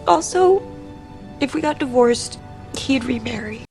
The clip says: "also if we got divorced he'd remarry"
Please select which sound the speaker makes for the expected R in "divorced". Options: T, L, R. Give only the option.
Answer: R